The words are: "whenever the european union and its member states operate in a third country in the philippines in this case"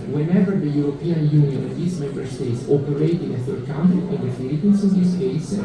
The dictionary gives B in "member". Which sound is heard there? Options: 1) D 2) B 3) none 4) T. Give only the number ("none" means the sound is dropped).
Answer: 2